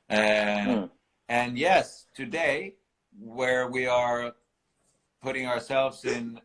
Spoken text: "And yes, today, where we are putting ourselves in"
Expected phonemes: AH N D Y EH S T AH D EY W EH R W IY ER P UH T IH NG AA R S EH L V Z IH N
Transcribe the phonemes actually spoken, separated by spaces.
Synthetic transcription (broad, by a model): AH N Y EH S T AH D EY W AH R W IY ER P UH T IH NG AA R S EH L V Z IH N